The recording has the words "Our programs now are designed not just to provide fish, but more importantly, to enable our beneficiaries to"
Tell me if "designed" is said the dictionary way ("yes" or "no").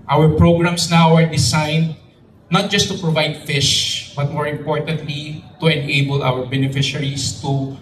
no